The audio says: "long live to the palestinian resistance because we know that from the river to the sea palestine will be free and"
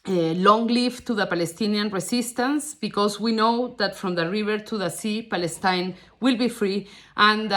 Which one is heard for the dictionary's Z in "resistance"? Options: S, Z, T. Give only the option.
S